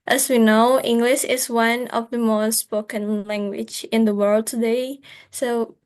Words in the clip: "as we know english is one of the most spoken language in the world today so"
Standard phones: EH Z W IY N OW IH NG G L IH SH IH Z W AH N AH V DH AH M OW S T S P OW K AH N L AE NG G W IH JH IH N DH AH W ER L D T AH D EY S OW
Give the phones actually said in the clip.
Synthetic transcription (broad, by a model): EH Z W IY N OW IH NG G L IH SH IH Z W AH N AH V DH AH M OW S T S P OW K AH N L AE NG G W IH JH IH N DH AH W ER L D T AH D EY S OW